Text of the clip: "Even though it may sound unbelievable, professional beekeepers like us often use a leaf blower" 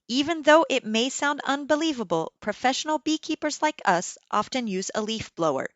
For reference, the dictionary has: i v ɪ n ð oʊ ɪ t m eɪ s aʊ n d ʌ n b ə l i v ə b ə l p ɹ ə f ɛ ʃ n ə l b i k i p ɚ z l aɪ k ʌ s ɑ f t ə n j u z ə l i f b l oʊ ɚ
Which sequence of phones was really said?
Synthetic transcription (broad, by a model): i v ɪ n ð oʊ ɪ t m eɪ s aʊ n d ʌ n b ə l i v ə b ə l p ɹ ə f ɛ ʃ n l b i k i p ɚ z l aɪ k ʌ s ɑ f t ə n j u z ə l i f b l oʊ ɚ